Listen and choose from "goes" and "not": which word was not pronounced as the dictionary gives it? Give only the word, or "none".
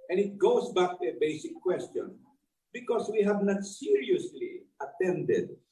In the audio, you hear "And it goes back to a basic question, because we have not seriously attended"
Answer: goes